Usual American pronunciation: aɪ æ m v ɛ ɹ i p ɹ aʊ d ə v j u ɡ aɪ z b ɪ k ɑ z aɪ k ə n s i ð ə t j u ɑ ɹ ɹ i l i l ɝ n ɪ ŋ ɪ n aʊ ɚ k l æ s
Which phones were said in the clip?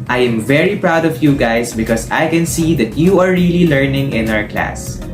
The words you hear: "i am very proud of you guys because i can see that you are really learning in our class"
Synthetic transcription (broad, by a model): aɪ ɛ m v ɛ ɹ i p ɹ aʊ d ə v j u ɡ aɪ s b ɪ k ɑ s aɪ k ə n s i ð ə t j u ɑ ɹ ɹ i l i l ɝ n ɪ ŋ ɪ n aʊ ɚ k l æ s